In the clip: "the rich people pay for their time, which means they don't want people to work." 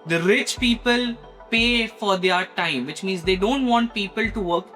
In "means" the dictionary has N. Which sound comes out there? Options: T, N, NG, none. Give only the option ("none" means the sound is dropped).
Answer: N